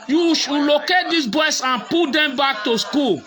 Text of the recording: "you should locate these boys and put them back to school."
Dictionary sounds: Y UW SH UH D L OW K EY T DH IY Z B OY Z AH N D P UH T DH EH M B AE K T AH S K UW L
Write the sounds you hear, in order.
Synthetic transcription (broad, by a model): Y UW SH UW L OW K EY T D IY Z B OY S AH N P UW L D EH M B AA K T AH S K UW L